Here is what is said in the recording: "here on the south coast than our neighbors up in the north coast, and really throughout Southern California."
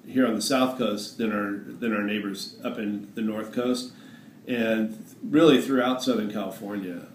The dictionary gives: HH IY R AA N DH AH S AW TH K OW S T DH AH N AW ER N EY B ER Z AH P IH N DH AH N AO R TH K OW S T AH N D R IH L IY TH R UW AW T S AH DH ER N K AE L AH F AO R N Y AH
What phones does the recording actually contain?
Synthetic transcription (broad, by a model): HH IY R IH N DH AH S AW TH K OW S T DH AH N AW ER N EY B ER Z AH P IH N DH AH N AO R TH K OW S T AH N R IH L IY TH R UW AW T S AH DH ER N K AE L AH F AO R N Y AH